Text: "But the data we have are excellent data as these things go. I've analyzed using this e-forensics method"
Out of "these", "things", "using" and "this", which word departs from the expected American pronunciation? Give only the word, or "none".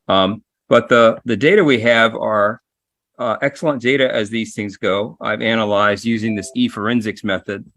none